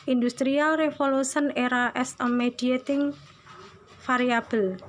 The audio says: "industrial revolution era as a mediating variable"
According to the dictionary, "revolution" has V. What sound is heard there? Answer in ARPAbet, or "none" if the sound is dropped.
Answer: F